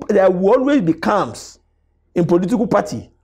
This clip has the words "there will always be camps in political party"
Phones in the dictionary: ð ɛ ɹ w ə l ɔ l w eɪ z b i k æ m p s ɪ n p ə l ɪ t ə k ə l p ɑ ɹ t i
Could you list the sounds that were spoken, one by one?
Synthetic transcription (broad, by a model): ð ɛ w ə ɔ l w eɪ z b i k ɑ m s ɪ n p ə l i t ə k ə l p ɑ t i